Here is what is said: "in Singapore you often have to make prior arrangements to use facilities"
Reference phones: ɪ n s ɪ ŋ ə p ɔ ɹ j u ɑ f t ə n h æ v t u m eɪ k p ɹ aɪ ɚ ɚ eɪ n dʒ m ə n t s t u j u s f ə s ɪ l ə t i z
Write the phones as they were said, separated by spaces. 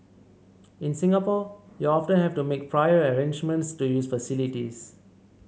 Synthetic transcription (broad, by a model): ɪ n s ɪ ŋ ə p ɔ j u ɑ f t ə n h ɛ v t u m eɪ k p ɹ aɪ ɚ ɚ eɪ n dʒ m ə n t s t u j u s f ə s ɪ l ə t i s